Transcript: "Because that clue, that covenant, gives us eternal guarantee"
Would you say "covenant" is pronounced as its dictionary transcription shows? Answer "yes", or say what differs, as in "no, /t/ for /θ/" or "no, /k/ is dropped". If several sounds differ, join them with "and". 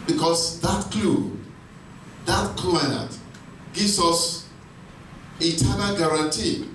no, /v/ is dropped and /n/ is dropped